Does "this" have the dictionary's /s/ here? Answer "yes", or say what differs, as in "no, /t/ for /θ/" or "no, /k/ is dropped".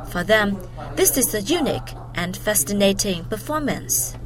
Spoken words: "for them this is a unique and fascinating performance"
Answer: yes